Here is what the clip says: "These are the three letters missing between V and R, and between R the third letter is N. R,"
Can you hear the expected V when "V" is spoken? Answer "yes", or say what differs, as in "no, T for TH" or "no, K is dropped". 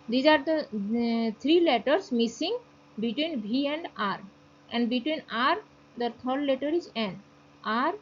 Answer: no, B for V